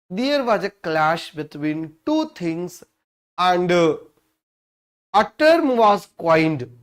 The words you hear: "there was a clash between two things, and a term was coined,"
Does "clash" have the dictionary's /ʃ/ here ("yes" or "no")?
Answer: yes